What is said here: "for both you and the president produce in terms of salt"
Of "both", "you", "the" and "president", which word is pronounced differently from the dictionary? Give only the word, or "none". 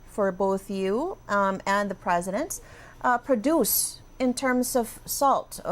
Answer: none